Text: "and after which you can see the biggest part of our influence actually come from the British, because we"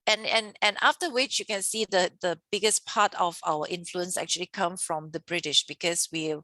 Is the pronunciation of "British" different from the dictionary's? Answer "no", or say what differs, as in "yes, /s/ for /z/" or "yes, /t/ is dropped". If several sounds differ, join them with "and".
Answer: no